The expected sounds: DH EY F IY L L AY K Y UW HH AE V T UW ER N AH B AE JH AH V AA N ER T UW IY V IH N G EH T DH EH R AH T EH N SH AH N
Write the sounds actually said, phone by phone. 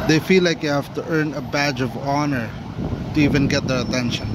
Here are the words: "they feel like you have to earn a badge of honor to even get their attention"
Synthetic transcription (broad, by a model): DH EY F IY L L AY K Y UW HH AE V T UW ER N AH B AE JH AH V AA N ER T UW IY V IH N G EH T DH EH R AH T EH N SH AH N